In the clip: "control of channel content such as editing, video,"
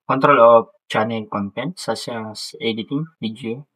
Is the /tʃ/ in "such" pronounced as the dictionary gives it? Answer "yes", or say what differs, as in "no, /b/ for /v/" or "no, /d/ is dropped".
no, /s/ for /tʃ/